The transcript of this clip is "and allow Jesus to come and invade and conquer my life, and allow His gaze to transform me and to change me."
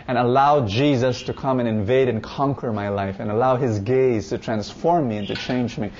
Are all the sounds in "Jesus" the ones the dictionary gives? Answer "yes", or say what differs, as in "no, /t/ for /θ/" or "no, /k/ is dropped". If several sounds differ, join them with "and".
yes